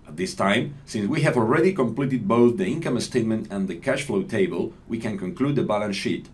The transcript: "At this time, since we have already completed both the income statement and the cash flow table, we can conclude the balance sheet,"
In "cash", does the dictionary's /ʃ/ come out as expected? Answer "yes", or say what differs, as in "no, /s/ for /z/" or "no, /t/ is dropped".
yes